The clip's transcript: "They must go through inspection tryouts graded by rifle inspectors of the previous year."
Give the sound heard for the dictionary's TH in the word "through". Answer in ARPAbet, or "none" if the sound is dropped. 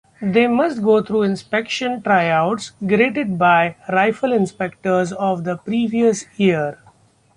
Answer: T